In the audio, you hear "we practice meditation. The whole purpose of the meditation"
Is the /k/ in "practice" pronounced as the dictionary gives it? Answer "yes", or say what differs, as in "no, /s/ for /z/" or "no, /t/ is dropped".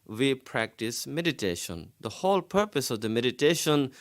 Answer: yes